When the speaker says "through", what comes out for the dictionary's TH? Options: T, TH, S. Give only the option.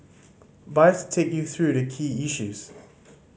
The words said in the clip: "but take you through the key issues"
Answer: TH